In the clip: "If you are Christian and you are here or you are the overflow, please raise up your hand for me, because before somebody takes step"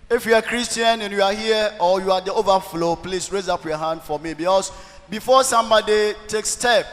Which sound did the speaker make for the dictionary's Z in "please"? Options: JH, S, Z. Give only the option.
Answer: S